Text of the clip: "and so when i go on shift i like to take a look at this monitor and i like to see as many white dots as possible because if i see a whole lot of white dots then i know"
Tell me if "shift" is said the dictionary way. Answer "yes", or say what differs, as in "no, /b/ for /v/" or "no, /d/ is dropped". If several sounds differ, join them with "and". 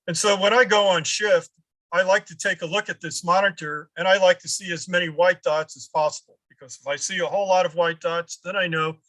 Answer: yes